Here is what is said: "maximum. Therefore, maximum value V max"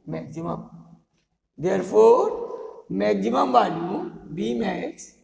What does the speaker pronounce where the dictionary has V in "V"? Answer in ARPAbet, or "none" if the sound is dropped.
B